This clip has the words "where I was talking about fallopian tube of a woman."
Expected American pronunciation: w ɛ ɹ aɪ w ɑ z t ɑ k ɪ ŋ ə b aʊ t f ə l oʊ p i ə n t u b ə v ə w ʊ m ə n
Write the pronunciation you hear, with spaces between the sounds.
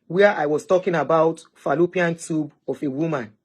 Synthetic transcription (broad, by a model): w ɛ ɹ aɪ w ɑ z t ɑ k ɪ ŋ ə b aʊ t f ə l oʊ p i ə n t u b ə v ə w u m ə n